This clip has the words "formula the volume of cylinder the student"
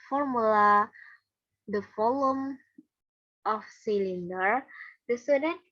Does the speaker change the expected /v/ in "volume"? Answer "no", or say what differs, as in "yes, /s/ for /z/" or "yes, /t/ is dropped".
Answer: yes, /f/ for /v/